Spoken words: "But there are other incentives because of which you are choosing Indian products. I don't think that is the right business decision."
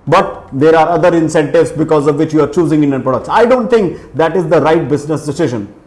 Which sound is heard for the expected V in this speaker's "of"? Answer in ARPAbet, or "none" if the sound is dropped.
V